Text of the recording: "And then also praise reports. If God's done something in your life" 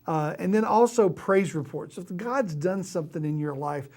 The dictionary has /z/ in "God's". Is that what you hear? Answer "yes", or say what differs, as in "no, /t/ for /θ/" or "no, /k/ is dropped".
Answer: yes